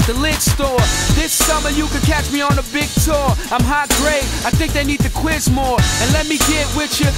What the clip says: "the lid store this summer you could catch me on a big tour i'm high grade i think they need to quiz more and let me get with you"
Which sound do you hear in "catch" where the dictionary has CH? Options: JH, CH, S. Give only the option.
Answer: CH